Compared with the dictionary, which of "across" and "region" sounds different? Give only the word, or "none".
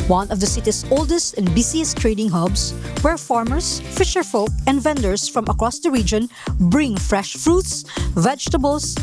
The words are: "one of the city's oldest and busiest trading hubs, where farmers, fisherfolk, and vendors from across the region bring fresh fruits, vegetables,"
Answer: none